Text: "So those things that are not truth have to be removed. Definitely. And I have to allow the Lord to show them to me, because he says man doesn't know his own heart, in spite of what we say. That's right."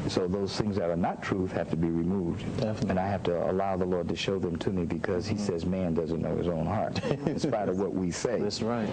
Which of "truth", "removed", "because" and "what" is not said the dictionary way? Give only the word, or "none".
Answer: none